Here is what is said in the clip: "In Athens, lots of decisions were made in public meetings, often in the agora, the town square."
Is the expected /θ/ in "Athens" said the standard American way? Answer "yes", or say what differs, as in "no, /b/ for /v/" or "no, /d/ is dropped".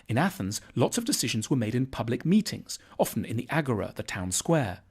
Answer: yes